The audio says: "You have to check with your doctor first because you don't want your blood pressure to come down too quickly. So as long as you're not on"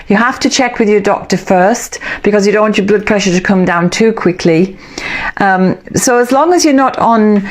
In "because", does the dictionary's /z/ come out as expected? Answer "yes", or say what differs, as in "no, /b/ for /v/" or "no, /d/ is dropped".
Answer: yes